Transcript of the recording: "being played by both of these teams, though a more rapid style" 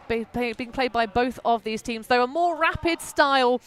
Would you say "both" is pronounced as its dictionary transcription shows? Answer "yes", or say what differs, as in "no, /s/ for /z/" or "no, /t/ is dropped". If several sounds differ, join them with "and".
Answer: yes